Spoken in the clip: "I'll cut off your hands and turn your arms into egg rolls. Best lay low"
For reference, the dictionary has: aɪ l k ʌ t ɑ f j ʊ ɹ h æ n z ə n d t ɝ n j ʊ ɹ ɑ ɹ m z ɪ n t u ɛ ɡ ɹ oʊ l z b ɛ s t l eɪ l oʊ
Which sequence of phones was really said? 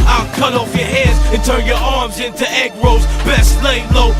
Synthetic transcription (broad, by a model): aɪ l k ʌ t ɑ f j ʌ ɹ h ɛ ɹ z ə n t ɝ n j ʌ ɹ ɑ ɹ m z ɪ n t u ɛ ɡ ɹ oʊ z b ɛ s l eɪ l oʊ